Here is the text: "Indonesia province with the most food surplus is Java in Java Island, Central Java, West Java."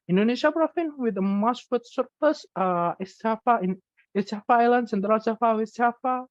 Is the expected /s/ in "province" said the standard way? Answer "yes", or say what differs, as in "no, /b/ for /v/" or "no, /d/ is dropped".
no, /s/ is dropped